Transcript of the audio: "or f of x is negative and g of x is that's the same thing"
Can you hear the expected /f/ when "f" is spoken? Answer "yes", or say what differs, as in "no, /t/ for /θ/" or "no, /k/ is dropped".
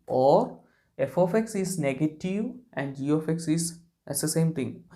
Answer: yes